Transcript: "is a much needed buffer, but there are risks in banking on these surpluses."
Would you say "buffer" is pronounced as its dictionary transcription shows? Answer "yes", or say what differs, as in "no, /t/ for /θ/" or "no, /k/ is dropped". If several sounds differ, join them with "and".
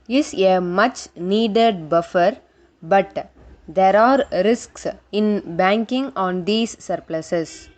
yes